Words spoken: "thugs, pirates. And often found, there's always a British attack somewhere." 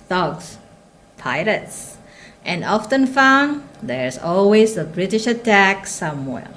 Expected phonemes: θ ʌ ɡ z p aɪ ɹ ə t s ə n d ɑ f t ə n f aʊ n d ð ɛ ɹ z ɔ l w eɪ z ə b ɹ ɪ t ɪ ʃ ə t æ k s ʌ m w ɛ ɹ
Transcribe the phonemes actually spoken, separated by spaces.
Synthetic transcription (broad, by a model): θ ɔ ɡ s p aɪ l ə t s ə n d ɑ f t ə n f aʊ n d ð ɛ ɹ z ɔ l w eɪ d ə b ɹ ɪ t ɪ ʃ ə t æ k s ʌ m w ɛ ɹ